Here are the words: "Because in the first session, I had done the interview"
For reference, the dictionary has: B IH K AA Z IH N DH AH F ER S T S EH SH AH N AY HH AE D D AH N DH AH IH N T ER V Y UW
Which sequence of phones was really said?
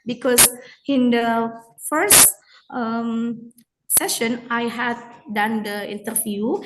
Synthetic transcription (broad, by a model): B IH K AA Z IH N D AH F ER S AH S EH SH AH N AY HH AE D D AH N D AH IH N T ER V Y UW